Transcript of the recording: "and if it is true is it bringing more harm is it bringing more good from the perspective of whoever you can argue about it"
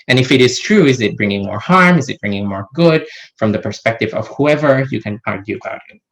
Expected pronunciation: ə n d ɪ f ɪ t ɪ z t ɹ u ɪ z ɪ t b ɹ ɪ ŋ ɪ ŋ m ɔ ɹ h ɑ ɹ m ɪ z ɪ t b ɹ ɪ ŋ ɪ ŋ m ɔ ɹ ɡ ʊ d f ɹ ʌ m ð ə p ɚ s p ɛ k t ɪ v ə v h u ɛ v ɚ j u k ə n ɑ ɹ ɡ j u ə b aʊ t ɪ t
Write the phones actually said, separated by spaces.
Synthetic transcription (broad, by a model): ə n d ɪ f ɪ t ɪ z t ɹ u ɪ z ɪ t b ɹ ɪ ŋ ɪ ŋ m ɔ ɹ h ɑ ɹ m ɪ z ɪ t b ɹ ɪ ŋ ɪ ŋ m ɔ ɹ ɡ ʊ d f ɹ ʌ m ð ə p ɚ s p ɛ k t ɪ v ə v h u ɛ v ɚ j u k ə n ɑ ɹ ɡ j u ə b aʊ t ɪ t